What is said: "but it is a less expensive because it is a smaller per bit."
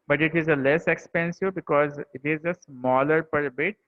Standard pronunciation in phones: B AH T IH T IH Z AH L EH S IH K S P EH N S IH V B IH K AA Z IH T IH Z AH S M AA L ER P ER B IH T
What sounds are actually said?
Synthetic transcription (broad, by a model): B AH T IH T IH Z AH L EH S IH K S P EH N S IH V B IH K AA Z IH T IH Z AH S M AA L ER P ER B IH T